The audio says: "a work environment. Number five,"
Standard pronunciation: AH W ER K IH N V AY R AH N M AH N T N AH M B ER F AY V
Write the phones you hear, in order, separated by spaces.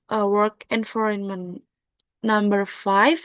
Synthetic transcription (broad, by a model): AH W ER K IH N F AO R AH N M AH N N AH M B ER F AY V